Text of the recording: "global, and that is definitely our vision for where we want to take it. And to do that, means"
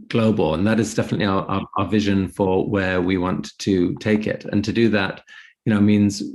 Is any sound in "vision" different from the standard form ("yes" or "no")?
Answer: no